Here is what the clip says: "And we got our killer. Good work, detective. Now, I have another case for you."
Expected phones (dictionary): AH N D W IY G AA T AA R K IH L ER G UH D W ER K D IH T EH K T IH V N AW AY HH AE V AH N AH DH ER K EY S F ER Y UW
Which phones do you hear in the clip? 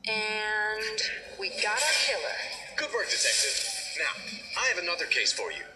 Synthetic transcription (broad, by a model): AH N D W IY G AA T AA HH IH L ER G UH D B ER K D IH T EH K T IH V N AW AY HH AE V AH N AH DH ER K EY S F ER Y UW